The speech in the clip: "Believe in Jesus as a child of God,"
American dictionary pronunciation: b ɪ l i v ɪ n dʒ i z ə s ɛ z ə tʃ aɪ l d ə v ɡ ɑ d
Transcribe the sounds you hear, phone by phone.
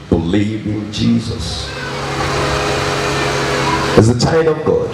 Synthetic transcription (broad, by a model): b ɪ l i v ɪ n dʒ i z ə s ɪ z ə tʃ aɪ d ə v ɡ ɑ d